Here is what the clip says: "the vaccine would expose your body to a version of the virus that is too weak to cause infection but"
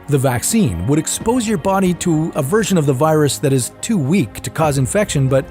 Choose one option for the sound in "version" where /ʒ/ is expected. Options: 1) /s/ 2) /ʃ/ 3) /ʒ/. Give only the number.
3